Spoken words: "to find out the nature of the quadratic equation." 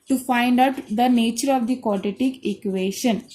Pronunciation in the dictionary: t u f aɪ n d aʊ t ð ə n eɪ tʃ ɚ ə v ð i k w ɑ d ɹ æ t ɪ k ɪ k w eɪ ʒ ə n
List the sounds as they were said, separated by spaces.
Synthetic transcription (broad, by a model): t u f aɪ n d aʊ t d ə n eɪ tʃ ɚ ə v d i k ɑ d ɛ t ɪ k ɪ k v eɪ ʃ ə n